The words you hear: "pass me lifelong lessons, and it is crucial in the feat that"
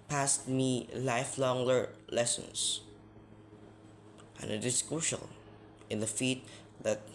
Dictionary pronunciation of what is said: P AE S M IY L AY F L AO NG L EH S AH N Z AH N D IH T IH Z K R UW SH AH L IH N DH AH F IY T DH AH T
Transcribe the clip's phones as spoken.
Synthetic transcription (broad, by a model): P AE S M IY L AY F L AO NG L EH S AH N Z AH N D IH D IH S K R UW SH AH N IH N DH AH F IY T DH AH T